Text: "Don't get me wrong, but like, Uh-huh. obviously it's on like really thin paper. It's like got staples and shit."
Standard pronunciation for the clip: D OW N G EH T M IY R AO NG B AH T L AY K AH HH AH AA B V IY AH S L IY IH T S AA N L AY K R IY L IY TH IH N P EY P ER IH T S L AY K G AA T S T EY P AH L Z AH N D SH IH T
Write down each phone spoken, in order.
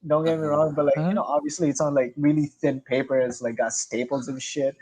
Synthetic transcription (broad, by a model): D OW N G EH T M IY R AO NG B AH T L AY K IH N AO AA B V IY AH S L IY IH T S N L AY K R IY L IY TH IH N P EY P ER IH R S L AY K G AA S T EY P L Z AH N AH SH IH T